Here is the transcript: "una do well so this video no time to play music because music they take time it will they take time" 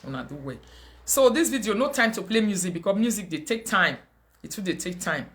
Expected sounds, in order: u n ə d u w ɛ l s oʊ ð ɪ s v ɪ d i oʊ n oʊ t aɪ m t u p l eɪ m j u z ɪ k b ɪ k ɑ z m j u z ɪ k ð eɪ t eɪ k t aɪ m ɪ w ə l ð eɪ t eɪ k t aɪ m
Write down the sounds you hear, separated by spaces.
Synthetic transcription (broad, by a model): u n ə d u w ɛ s oʊ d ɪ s v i d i oʊ n oʊ t aɪ m t u p l eɪ m j u z ɪ k b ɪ k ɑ s m j u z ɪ k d eɪ t eɪ k t aɪ m ɪ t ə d eɪ t eɪ k t aɪ m